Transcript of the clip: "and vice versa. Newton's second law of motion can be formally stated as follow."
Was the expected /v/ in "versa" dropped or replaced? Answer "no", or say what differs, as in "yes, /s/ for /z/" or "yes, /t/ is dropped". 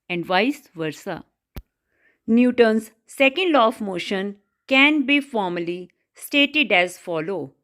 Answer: no